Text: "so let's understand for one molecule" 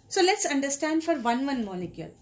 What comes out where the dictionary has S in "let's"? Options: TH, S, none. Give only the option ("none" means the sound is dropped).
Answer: S